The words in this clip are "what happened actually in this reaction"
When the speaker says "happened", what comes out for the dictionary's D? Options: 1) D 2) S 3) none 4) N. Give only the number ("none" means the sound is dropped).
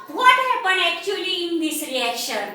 3